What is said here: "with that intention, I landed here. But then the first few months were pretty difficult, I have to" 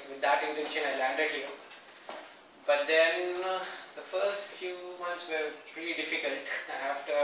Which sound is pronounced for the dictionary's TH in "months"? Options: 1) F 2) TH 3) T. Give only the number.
3